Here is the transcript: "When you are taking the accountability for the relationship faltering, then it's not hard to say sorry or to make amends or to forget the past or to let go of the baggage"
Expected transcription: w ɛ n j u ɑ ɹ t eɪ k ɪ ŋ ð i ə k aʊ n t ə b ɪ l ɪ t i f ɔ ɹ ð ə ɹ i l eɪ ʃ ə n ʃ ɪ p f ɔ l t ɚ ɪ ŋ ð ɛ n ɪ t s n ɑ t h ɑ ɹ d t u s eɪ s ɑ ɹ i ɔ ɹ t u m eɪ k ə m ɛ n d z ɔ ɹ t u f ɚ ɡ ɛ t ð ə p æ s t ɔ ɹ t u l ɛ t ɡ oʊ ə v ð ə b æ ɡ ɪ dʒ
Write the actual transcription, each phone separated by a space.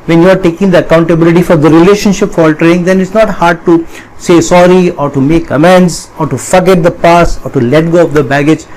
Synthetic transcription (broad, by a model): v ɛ n j u ɑ ɹ t eɪ k ɪ ŋ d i ə k aʊ n t ə b ɪ l ɪ t i f ɔ ɹ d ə ɹ i l eɪ ʃ ə n ʃ ɪ p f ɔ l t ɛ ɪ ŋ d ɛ n ɪ t s n ɑ t h ɑ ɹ d t u s eɪ s ɑ ɹ i ɔ ɹ t u m eɪ k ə m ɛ n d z ɔ ɹ t u f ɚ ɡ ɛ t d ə p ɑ s ɔ ɹ t u l ɛ t ɡ oʊ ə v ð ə b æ ɡ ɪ dʒ